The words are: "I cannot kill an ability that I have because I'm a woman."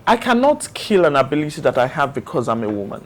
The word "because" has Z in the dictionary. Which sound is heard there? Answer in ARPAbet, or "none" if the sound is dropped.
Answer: Z